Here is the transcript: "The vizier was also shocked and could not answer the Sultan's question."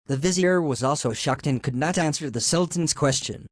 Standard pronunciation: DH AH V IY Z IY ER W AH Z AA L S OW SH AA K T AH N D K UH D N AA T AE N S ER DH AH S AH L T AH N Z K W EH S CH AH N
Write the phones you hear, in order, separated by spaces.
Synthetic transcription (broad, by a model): DH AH V IY Z IY ER W AH Z AA L S OW SH AA K T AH N K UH D N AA T AE N S ER DH AH S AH L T N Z K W EH S CH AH N